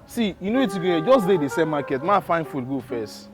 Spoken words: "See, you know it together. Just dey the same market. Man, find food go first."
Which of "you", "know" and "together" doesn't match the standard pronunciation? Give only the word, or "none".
together